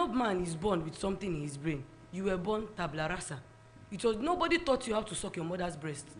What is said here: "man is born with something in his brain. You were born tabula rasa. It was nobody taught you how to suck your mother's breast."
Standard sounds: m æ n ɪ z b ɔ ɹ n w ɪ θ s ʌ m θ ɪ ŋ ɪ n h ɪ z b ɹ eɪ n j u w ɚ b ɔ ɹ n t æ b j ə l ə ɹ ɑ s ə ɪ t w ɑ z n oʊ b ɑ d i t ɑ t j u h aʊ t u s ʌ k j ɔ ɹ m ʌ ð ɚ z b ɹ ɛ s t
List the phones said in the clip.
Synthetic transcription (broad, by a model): m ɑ n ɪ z b ɔ n w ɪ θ s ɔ m t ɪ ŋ ɪ n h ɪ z b ɹ eɪ n j u w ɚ b ɔ n t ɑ b l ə ɹ ɑ s ə ɪ t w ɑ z n oʊ b ɑ d i t ɑ t j u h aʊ t u s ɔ k j ɔ m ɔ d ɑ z b ɹ ɛ s t